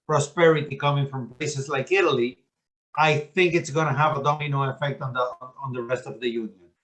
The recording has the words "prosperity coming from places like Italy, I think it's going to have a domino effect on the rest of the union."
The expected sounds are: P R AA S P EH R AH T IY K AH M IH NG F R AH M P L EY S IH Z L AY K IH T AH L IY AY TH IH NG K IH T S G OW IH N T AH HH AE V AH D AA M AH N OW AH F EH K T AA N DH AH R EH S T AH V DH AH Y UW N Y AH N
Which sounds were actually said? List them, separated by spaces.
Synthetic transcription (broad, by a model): P R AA S P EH R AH T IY K AH M IH NG F R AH M P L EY S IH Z L AY K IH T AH L IY AY TH IH NG K IH T S G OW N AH HH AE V AH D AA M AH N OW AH F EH K T AA N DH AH R EH S T AH V DH AH Y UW N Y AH N